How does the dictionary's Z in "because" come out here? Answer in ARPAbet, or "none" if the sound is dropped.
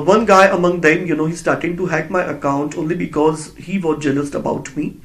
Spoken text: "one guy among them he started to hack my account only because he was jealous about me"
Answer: Z